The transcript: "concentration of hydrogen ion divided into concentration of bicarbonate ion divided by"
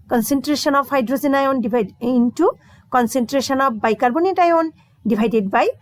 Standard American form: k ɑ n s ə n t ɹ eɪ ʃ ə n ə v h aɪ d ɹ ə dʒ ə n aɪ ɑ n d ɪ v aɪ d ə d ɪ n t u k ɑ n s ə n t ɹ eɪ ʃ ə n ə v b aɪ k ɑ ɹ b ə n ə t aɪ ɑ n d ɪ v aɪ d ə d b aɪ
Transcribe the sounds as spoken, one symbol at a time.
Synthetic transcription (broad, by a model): k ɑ n s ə n t ɹ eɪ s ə n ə p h aɪ d ɹ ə z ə n aɪ ɑ n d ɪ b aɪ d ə n t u k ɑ n s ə n t ɹ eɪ s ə n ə p b aɪ k ɑ ɹ b ə n ə t aɪ ɑ n d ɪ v aɪ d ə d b aɪ